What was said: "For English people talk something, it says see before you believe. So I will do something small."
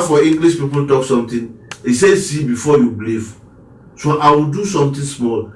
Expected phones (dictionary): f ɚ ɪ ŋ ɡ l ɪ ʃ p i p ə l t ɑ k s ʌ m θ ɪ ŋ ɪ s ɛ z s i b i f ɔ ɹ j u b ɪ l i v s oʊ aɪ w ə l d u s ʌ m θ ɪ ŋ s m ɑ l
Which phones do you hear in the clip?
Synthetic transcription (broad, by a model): f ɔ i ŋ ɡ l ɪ s p i p ə l t ɑ k s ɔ m t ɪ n ɪ s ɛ s i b i f ɔ j u b l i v s oʊ aɪ w ə l d u s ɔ m t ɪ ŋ s m ɑ l